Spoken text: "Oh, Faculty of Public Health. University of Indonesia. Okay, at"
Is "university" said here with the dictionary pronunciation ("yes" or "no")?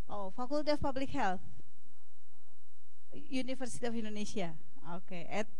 no